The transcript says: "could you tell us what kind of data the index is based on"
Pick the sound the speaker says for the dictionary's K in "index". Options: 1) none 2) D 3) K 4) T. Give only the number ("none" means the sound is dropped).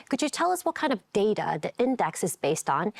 3